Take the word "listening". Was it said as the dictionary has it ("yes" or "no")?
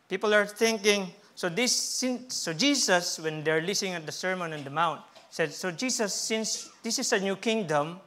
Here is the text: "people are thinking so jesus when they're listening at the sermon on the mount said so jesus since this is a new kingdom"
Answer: no